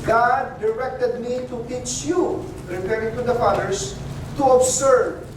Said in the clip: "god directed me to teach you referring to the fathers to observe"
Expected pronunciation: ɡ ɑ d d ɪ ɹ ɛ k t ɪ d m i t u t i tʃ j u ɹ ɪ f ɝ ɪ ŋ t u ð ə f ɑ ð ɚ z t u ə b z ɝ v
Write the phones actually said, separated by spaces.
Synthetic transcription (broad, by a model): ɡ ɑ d d ɪ ɹ ɛ k t ɪ d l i t u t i tʃ j u ɹ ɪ p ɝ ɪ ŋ t u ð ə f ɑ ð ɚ s t u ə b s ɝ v